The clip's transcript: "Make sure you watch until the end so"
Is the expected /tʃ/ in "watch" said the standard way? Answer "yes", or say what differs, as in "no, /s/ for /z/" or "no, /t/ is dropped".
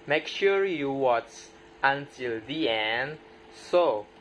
no, /s/ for /tʃ/